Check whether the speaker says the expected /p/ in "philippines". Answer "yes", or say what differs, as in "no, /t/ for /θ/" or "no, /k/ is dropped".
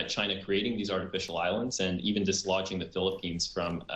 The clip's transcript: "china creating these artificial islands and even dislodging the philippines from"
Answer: yes